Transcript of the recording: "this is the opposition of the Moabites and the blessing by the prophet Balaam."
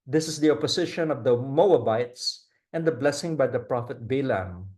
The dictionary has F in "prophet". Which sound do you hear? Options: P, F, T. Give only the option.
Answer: F